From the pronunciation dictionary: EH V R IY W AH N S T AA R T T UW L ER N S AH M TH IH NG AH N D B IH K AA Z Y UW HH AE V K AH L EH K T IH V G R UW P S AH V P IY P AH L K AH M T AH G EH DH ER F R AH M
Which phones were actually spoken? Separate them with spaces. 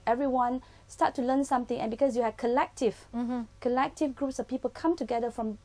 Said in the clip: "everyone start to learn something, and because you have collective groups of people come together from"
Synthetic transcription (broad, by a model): EH V R IY W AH N S T AA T T UW L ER N S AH M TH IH NG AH N B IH K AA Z Y UW HH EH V K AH L EH K T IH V G R UW P S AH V P IY P AH L K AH M T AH G EH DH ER F R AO M